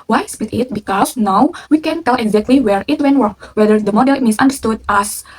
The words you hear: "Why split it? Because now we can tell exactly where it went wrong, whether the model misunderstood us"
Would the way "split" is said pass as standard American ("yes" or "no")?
no